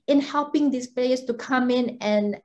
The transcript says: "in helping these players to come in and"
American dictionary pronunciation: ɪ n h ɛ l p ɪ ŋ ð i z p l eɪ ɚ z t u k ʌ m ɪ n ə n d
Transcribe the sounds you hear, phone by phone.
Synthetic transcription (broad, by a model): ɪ n h ɛ l p ɪ ŋ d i s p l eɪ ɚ s t u k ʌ m ɪ n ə n